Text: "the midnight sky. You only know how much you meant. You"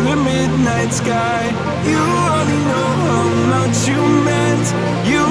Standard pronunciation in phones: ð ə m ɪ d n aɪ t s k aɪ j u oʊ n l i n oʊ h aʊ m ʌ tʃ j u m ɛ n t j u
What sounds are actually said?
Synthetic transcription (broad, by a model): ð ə m ɪ d n aɪ t s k aɪ j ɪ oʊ l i n oʊ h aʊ m ʌ tʃ j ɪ m ɛ n t j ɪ